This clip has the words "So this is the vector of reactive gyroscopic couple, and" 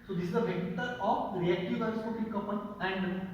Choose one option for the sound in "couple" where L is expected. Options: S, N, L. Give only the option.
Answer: N